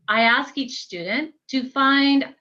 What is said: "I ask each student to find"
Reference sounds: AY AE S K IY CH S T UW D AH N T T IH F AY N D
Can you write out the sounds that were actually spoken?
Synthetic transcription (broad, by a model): AY AE S K IY CH S T UW D N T T IH F AY N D